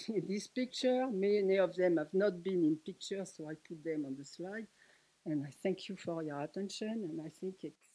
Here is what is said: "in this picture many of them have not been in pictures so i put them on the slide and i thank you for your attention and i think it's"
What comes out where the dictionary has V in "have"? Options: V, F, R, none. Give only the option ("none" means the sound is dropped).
V